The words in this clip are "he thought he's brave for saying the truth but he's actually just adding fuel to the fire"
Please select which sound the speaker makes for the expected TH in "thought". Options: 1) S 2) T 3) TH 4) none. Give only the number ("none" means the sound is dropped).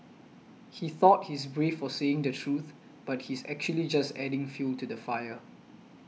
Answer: 3